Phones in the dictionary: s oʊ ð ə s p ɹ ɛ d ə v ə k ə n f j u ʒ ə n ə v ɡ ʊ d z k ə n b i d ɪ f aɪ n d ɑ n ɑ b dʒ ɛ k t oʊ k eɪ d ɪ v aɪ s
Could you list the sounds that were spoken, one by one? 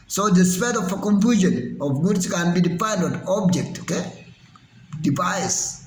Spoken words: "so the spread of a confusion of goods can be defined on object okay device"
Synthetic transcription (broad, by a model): s oʊ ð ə s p ɛ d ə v ə k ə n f j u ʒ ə n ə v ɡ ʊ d s k ə n b i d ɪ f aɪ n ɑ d ɑ b dʒ ɛ k t oʊ k eɪ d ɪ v aɪ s